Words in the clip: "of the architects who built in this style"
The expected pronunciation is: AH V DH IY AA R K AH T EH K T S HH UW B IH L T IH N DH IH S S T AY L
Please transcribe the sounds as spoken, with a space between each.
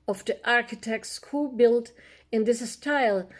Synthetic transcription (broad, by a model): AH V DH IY AA R K AH T EH K T S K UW B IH L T IH N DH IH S S T AY L